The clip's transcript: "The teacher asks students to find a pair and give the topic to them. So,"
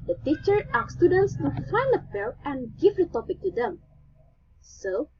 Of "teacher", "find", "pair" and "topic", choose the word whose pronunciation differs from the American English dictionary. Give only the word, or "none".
pair